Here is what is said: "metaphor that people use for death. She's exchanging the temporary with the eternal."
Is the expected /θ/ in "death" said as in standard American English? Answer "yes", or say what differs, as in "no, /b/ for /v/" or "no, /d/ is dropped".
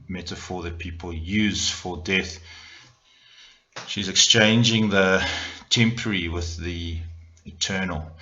yes